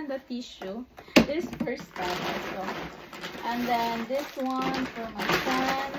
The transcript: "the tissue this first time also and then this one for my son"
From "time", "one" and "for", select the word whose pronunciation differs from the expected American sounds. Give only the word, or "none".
time